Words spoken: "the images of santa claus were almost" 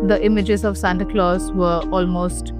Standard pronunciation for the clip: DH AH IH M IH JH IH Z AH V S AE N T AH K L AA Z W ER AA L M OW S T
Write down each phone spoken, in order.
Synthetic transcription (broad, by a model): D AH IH M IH JH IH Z AH V S AE N T AH K L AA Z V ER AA L M OW S T